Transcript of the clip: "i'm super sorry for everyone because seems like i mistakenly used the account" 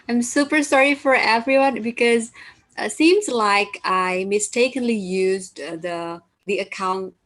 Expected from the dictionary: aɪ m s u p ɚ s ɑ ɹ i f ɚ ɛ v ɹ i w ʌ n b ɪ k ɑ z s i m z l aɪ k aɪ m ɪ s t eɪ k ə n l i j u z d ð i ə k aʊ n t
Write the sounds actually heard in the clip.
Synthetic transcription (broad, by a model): aɪ m s u p ɚ s ɑ ɹ i f ɚ ɛ v ɹ i w ʌ n b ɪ k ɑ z s i m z l aɪ k aɪ m ɪ s t eɪ k ə n l i j u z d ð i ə k aʊ n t